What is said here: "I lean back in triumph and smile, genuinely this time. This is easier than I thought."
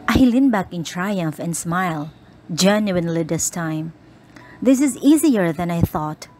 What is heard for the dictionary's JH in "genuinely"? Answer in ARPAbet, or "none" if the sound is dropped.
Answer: JH